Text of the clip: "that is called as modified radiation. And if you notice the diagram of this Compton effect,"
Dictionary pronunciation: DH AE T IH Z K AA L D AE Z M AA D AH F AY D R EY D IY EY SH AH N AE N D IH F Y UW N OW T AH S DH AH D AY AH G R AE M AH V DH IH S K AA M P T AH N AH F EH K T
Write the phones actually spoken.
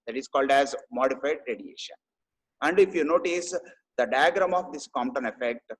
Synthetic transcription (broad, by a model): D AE T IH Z K AA L D AE Z M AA D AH F AY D R EY D IY EY SH AH N AE N D IH F Y UW N OW T AH S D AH D AY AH G R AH M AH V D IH S K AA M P T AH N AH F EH K T